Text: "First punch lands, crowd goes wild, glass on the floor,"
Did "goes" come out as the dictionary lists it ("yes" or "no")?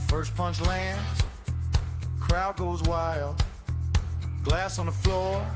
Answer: yes